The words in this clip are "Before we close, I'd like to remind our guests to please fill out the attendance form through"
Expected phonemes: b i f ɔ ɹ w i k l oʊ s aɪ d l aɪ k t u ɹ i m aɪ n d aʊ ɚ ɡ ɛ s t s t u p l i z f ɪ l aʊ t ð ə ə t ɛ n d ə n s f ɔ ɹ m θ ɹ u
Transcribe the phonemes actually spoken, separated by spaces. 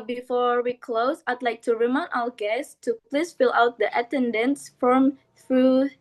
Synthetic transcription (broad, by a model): b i f ɔ ɹ w i k l oʊ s aɪ d l aɪ k t u ɹ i m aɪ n aʊ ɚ ɡ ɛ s s t u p l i s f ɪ l aʊ t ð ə ə t ɛ n d ə n s f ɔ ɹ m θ ɹ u